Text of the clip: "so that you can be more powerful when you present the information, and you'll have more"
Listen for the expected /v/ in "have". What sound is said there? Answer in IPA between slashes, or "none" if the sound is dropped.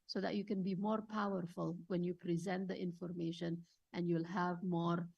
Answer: /v/